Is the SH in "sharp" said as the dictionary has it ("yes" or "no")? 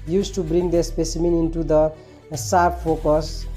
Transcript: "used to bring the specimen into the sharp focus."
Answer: no